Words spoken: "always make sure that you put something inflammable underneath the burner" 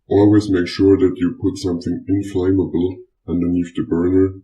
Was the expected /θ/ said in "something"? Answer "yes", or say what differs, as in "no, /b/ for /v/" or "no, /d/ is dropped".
yes